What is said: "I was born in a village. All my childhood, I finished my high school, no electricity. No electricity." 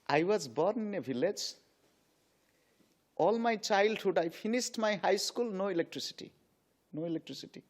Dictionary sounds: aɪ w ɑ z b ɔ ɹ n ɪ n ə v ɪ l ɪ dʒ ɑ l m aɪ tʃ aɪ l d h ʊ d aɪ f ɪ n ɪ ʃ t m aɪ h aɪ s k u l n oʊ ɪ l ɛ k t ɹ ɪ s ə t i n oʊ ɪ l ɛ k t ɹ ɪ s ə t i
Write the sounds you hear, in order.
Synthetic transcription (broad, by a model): aɪ w ɑ z b ɔ ɹ n ɪ n ə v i l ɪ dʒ ɑ l m aɪ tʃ aɪ l d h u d aɪ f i n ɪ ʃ t m aɪ h aɪ s k u l n oʊ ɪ l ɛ k t ɹ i s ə t i n oʊ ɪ l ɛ k t ɹ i s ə t i